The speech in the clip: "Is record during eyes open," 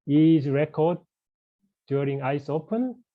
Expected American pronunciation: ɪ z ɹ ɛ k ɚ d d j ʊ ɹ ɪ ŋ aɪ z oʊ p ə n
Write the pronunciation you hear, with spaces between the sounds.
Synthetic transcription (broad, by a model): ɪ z ɹ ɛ k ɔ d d j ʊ ɹ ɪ ŋ aɪ s oʊ p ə n